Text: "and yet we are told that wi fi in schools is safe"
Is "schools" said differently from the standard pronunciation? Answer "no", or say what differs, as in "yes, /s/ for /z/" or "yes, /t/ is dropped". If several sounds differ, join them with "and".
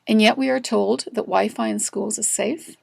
no